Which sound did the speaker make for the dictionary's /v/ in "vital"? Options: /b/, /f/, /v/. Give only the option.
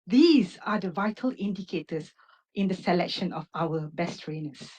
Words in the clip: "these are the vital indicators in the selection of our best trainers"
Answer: /v/